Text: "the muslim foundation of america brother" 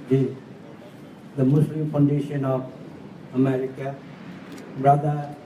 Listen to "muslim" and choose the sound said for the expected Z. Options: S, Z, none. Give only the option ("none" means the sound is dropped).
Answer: S